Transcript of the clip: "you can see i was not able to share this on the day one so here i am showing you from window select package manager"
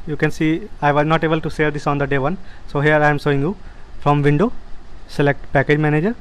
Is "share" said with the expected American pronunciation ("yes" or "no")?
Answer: no